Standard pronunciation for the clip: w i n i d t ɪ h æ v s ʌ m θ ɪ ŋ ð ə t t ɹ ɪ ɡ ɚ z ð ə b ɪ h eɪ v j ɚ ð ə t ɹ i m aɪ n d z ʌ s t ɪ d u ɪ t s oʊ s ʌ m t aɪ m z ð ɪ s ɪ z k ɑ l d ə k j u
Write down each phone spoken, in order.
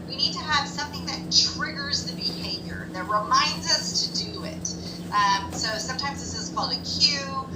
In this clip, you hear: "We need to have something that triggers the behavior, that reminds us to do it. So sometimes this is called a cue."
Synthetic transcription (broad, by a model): w i n i d t ɪ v s ʌ m θ ɪ ŋ ð ə t t ɹ ɪ ɡ ɚ z ð ə b ɪ h eɪ v j ɚ ð ə t ɹ i m aɪ n d z ʌ s t ɪ d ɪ ɪ t s oʊ s ʌ m t aɪ m z ð ɪ s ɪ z k ɑ l d ə k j u